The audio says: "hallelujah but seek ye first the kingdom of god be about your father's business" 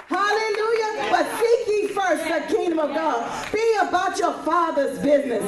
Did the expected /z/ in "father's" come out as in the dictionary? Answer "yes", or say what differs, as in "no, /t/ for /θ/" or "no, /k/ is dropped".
yes